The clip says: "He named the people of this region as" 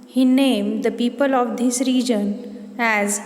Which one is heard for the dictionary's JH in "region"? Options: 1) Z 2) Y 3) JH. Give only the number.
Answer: 3